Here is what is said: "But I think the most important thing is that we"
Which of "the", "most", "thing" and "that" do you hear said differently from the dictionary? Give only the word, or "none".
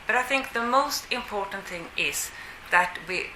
none